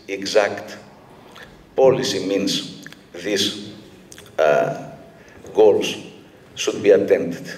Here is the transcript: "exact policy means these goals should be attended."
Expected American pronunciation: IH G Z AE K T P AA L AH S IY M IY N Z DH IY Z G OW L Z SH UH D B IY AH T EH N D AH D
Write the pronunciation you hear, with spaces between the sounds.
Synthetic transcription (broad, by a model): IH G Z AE K T P AA L AH S IY M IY N S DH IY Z G OW L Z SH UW D B IY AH T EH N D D